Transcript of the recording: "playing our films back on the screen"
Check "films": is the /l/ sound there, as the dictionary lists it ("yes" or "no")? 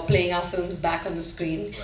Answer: yes